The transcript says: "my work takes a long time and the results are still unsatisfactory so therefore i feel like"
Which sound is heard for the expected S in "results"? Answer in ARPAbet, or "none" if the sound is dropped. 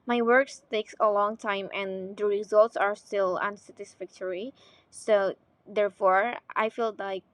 S